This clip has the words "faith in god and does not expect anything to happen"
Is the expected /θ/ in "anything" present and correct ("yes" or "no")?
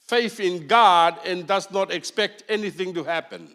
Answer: yes